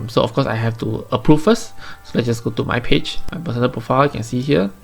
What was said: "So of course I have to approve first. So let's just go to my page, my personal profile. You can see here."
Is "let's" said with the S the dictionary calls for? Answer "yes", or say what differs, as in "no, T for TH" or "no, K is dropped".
no, S is dropped